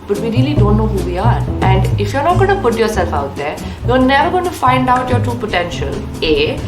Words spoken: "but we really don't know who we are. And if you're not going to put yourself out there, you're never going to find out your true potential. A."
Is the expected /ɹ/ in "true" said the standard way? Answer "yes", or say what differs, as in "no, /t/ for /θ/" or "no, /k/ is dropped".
no, /ɹ/ is dropped